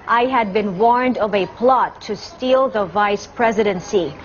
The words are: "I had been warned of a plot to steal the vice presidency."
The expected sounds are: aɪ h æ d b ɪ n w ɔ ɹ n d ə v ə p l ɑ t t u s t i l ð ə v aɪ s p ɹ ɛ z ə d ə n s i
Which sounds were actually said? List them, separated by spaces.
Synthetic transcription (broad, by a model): aɪ h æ d b ɪ n w ɔ ɹ n d ə v ə p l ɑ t t u s t i l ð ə v aɪ s p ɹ ɛ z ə d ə n s i